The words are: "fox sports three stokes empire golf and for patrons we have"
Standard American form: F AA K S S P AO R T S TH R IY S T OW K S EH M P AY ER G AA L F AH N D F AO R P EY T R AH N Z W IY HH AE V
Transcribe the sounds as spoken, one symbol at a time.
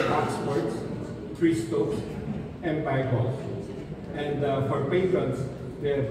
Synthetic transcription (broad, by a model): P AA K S S P AO R T S T R IY S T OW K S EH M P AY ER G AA L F AH N D F AO R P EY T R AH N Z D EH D